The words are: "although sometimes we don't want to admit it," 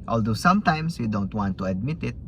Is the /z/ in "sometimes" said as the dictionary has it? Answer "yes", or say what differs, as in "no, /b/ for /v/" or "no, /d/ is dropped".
no, /s/ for /z/